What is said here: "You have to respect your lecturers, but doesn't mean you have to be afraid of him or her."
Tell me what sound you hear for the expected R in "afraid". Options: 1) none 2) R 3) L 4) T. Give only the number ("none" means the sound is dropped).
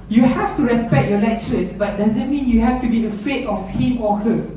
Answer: 1